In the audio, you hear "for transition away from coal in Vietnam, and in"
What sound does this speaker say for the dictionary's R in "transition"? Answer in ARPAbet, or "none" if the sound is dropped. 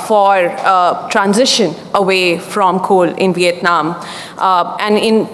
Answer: R